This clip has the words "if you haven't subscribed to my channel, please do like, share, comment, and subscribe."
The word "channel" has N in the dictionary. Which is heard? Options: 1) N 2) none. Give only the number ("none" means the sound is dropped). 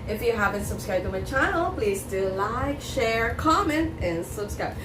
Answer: 2